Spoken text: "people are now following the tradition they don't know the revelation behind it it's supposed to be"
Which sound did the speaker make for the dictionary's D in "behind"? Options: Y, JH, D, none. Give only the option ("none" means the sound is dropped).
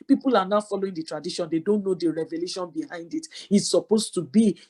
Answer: D